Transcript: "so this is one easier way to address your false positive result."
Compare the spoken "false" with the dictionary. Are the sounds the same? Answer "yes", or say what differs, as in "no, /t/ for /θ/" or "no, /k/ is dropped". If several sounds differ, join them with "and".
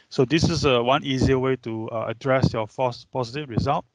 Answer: no, /l/ is dropped